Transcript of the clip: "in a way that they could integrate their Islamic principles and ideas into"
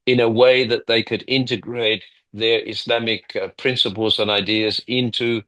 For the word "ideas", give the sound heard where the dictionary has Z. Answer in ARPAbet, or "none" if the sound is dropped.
Z